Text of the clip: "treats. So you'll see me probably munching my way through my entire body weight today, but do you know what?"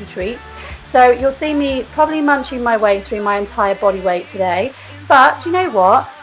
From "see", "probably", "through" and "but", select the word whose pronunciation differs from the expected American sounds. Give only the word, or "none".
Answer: none